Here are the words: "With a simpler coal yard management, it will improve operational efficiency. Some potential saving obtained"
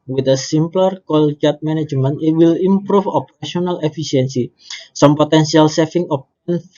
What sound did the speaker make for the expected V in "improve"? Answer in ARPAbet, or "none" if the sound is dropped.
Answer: F